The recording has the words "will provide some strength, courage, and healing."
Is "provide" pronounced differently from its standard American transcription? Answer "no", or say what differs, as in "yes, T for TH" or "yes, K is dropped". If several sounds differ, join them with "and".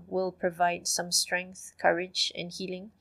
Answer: no